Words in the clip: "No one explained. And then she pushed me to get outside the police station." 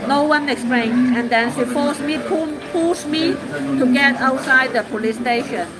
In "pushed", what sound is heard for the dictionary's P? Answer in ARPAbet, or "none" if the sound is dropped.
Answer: F